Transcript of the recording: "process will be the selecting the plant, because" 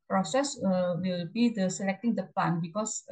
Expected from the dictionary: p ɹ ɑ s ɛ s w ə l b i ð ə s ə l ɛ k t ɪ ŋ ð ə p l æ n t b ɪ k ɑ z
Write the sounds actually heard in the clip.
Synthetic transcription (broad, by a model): p ɹ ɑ s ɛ s w ə l b i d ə s ə l ɛ k t ɪ ŋ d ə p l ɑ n b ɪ k ɑ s